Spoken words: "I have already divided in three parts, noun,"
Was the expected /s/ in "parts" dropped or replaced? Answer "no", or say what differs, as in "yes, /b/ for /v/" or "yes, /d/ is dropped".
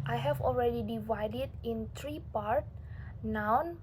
yes, /s/ is dropped